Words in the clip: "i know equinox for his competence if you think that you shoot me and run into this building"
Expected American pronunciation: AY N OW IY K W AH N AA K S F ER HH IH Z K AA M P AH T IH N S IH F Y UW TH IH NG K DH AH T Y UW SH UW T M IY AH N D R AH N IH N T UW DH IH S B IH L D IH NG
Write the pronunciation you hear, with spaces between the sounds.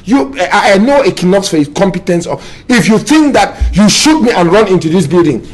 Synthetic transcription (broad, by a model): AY N OW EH K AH N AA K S F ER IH K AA M P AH T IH N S IH F Y UW TH IH NG K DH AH T Y UW SH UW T M IY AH N R AH N IH N T UW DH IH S B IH L D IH NG